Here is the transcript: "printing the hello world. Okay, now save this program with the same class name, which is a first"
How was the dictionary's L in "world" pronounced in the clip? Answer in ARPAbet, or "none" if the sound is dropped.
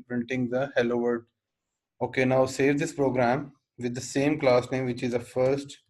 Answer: none